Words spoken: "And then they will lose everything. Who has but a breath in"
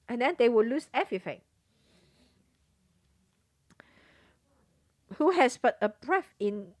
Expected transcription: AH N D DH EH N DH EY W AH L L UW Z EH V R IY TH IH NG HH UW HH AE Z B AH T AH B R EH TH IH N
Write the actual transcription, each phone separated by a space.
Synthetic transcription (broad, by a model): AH N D EH N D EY W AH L L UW S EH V R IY F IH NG HH UW HH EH S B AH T AH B R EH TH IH N